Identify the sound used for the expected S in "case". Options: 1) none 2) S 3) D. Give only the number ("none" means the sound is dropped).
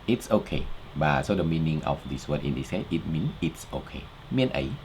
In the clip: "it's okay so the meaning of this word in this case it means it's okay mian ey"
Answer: 1